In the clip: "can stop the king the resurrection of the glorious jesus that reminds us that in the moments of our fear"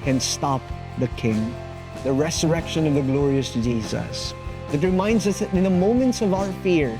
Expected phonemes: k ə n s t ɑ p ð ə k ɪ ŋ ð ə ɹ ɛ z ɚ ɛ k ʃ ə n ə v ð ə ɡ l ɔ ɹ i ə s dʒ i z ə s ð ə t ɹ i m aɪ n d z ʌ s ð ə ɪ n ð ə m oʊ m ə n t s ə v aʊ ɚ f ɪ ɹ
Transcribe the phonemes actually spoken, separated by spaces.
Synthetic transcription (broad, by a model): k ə n s t ɑ p ð ə k ɪ ŋ ð ə ɹ ɛ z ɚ ɛ k ʃ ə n ə v ð ə ɡ l ɔ ɹ i ə s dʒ i z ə s ð ə t ɹ i m aɪ n d z ʌ s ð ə ɪ n ð ə m oʊ m ə n t s ə v aʊ ɚ f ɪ ɹ